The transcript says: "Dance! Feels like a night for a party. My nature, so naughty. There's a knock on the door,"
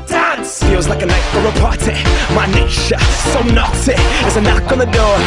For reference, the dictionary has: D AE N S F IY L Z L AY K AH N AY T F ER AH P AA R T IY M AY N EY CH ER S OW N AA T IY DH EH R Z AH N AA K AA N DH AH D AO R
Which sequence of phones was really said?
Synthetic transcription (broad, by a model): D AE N S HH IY W Z L AY K AH N AY T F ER AH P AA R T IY M AY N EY SH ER S OW N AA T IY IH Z AH N AA K N DH AH D AO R